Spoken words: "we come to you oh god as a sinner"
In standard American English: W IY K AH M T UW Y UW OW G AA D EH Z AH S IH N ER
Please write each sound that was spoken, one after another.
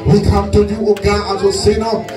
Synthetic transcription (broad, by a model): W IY K AH M T UW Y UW OW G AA AA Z AH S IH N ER